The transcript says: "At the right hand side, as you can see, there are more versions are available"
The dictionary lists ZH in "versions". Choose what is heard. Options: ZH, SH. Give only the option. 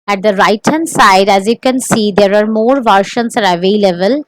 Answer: SH